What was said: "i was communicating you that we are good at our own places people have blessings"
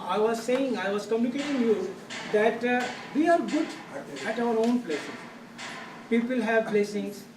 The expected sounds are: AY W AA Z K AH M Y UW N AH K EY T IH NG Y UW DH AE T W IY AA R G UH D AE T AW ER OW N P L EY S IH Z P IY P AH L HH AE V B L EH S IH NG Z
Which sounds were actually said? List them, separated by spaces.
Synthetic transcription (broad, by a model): AY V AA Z K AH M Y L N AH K EY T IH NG Y UW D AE T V IY AA R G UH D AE T AW ER OW N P L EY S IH P IY P AH L HH AE V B L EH S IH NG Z